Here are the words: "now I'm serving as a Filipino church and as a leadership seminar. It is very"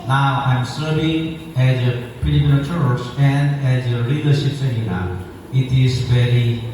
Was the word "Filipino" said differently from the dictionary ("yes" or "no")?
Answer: yes